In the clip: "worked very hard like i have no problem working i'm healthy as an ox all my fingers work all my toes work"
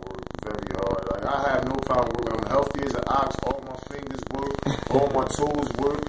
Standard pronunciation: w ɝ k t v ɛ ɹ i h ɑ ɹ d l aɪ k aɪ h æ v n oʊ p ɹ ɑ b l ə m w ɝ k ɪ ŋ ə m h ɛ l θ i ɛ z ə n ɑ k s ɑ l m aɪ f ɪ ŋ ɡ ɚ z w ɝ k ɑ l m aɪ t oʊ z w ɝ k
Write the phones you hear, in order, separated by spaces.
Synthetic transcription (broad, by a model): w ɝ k v ɛ ɹ i h ɑ ɹ d l aɪ k aɪ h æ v n oʊ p ɑ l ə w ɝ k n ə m h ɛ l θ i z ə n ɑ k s ɑ l m aɪ f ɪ ŋ ɡ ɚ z w ɝ k ɑ l m aɪ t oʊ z w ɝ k